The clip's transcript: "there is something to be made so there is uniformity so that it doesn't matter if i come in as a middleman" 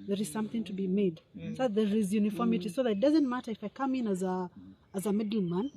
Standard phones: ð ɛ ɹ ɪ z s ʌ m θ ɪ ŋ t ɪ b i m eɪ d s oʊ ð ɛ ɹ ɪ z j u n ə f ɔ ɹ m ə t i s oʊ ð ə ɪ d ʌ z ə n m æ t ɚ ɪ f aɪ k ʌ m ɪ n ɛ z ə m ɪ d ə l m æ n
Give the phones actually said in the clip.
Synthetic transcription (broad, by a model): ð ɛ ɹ ɪ z s ʌ m θ ɪ ŋ t ɪ b i m eɪ d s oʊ ð ɛ ɹ ɪ z j u n ə f ɔ ɹ m ə t i s oʊ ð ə ɪ d ʌ z ə n m æ t ɚ ɪ f aɪ k ʌ m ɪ n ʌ z ə m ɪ d l m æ n